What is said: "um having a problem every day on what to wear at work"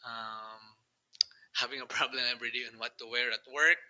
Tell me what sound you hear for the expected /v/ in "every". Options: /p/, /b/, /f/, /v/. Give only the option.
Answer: /b/